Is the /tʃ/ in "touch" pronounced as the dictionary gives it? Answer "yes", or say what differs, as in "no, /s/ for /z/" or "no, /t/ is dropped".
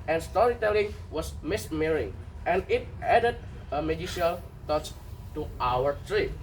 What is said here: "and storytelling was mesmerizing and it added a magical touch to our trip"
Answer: no, /s/ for /tʃ/